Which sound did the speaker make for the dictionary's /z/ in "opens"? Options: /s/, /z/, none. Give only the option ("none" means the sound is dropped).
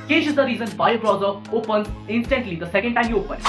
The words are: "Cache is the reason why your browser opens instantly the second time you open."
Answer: none